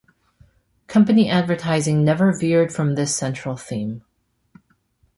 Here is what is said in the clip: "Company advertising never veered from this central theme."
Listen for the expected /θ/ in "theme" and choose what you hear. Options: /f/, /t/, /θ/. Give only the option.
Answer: /θ/